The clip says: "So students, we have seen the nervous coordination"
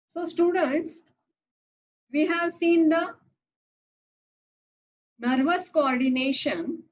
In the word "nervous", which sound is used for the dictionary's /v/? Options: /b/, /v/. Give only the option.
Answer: /v/